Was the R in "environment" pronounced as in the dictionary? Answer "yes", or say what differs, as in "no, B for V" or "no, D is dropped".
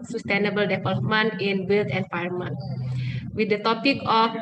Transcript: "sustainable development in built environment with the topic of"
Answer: no, R is dropped